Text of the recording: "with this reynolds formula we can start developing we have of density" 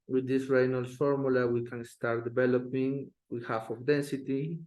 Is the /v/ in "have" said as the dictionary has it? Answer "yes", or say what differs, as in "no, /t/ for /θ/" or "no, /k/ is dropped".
no, /f/ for /v/